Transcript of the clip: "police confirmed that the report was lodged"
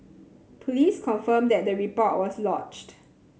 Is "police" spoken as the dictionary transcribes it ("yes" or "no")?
yes